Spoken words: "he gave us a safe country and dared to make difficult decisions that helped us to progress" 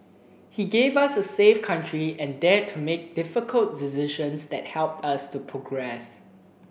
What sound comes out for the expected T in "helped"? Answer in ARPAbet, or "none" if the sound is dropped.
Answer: T